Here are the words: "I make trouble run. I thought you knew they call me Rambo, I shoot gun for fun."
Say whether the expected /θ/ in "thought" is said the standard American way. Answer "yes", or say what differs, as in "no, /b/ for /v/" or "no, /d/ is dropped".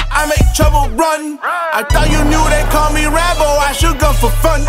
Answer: no, /t/ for /θ/